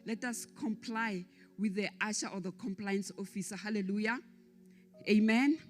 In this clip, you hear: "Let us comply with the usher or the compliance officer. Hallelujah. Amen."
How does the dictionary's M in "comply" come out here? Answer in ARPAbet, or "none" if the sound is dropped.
M